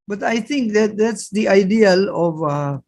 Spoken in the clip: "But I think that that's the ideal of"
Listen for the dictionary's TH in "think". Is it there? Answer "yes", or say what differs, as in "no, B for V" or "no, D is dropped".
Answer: no, T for TH